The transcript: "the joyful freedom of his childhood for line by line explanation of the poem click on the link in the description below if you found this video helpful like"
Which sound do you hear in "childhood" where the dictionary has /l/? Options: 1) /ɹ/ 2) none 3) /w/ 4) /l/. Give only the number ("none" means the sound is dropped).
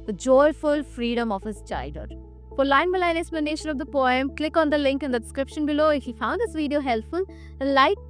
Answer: 2